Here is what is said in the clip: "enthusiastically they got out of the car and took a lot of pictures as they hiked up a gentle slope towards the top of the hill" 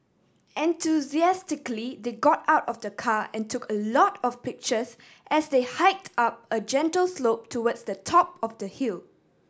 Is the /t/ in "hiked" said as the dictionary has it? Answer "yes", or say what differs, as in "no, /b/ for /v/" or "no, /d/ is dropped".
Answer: yes